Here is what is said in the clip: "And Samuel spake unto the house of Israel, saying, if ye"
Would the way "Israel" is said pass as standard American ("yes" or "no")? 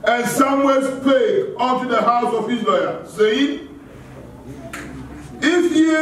no